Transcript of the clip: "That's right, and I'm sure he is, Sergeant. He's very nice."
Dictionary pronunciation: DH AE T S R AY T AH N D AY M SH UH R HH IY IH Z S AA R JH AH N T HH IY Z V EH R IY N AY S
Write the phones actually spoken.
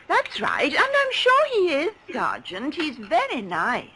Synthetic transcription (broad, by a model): DH AE T S R AY T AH N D AY M SH UH R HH IY IH Z S AA R JH AH N T HH IY Z V EH R IY N AY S